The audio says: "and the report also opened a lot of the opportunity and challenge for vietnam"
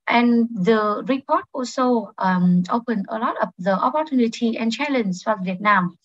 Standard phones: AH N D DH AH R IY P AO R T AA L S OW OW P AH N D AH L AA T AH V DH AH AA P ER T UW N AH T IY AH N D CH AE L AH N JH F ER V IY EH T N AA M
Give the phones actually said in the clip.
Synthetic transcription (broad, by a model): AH N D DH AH R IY P AO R T AA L S OW OW P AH N AH L AA T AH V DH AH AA P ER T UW N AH T IY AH N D CH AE L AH N Z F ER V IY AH T N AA M